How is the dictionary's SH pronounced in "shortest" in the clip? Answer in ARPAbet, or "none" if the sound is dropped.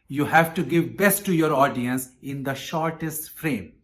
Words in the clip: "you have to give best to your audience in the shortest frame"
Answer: SH